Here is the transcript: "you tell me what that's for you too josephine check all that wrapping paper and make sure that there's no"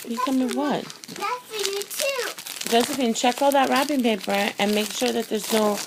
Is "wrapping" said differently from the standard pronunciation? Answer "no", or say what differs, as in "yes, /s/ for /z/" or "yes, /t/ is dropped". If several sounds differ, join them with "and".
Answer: yes, /b/ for /p/